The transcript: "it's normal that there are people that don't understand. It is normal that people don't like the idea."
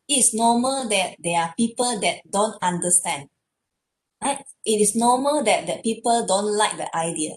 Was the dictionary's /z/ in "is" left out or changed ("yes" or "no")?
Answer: yes